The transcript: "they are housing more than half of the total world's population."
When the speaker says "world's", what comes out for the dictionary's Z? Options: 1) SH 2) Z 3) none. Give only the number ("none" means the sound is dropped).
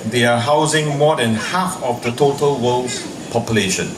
3